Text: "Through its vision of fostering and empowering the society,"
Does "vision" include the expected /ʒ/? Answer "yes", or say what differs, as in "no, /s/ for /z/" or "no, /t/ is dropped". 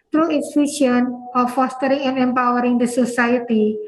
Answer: no, /ʃ/ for /ʒ/